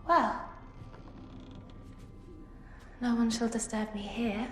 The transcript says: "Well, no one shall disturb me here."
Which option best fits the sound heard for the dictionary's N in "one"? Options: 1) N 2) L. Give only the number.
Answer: 1